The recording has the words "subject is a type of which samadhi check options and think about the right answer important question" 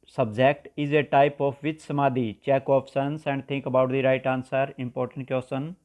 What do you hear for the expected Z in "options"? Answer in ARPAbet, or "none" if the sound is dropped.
S